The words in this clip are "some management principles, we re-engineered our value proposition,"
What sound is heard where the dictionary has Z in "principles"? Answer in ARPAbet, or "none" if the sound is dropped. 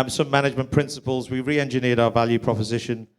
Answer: Z